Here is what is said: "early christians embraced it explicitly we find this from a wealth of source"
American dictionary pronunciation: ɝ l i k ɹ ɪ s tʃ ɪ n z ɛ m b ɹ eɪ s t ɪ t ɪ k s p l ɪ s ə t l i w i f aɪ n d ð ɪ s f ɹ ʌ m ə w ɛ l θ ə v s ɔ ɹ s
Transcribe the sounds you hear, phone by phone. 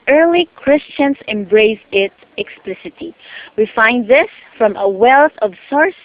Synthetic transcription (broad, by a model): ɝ l i k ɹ ɪ s tʃ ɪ n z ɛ m b ɹ eɪ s ɪ t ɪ k s p l ɪ s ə t i w i f aɪ n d ð ɪ s f ɹ ʌ m ə w ɛ l θ ə v s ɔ ɹ s